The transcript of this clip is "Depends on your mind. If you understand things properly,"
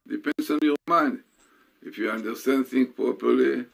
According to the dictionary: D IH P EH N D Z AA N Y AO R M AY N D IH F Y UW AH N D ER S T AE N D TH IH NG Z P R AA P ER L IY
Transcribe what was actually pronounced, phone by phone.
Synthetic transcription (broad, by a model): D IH P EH N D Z AA N Y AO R M AY N D IH F Y UW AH N D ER S T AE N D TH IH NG P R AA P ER L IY